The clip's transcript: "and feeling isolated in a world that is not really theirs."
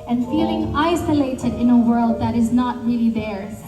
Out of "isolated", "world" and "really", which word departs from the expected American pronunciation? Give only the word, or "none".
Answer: none